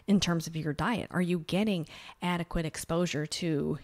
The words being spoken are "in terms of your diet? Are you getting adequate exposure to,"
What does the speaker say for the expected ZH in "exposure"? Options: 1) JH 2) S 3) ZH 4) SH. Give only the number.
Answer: 3